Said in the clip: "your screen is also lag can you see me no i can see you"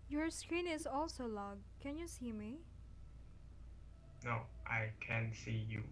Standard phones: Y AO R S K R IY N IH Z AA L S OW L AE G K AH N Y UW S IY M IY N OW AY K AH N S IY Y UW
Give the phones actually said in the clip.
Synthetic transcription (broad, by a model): Y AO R S K R IY N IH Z AA L S OW L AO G K AH N Y UW S IY M IY N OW AY K AH N S IY Y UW